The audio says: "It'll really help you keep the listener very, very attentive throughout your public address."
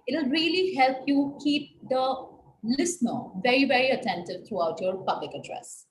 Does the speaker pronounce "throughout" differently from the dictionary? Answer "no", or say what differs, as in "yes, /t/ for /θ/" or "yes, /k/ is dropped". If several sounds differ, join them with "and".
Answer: yes, /t/ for /θ/